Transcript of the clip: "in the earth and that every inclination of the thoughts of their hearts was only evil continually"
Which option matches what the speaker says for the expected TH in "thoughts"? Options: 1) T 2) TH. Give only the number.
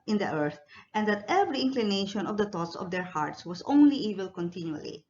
1